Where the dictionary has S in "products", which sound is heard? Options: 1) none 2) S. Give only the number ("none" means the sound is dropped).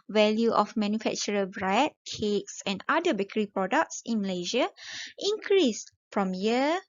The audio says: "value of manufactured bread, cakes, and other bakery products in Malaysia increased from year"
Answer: 2